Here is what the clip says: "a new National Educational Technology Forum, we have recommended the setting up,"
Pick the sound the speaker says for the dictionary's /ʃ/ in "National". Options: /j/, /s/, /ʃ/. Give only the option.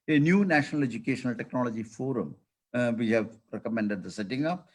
/ʃ/